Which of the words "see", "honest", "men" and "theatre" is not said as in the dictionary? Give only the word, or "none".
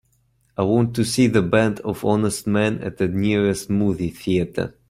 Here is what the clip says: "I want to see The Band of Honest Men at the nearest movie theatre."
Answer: none